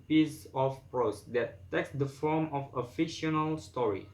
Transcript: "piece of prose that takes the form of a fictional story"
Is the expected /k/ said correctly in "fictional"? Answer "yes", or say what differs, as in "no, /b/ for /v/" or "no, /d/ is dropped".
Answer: no, /k/ is dropped